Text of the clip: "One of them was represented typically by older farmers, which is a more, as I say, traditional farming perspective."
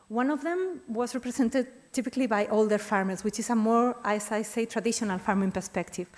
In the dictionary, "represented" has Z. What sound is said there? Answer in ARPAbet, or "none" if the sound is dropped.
S